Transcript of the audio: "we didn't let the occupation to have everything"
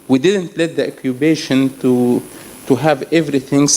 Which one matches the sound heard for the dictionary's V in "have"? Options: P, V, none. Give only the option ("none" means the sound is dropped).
V